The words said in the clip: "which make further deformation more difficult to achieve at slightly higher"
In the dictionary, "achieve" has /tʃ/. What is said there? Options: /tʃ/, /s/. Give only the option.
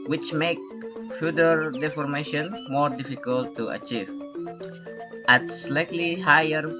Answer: /tʃ/